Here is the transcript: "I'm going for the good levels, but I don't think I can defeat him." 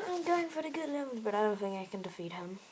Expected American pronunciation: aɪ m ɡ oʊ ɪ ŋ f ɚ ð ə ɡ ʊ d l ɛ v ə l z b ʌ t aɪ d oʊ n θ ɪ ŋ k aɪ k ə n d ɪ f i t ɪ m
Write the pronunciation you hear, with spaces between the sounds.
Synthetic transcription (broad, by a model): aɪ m ɡ oʊ ɪ ŋ f ɚ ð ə ɡ ʊ d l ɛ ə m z b ʌ t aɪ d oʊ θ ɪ ŋ aɪ k ə n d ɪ f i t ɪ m